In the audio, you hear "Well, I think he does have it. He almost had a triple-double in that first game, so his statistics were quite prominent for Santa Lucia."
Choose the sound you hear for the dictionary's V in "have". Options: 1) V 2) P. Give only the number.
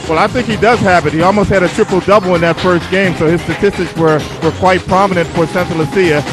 2